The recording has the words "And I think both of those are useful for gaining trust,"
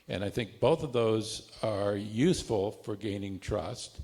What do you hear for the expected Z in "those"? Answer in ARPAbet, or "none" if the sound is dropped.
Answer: Z